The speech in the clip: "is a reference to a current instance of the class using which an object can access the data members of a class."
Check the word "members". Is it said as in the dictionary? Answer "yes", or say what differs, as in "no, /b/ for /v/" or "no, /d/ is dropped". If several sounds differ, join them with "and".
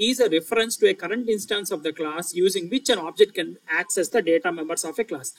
no, /s/ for /z/